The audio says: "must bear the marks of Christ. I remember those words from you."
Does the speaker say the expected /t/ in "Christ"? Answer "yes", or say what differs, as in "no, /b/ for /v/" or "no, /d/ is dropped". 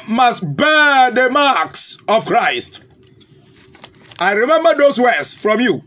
yes